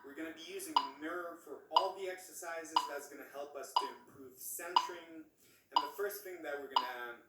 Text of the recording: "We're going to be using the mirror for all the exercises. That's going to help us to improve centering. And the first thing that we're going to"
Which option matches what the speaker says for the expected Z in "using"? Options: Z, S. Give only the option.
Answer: Z